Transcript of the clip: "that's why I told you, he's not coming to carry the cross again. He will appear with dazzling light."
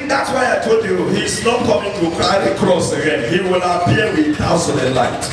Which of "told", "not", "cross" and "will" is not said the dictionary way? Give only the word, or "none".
told